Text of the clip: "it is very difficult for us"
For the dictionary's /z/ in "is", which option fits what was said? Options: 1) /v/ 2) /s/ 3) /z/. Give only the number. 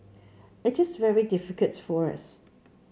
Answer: 3